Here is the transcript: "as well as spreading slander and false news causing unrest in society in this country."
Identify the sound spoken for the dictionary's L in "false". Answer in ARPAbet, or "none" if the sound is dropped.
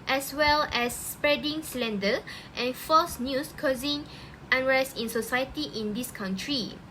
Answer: none